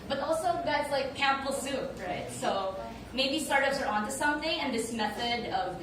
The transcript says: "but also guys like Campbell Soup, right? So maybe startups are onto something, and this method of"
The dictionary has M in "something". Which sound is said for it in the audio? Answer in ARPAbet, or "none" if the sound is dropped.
M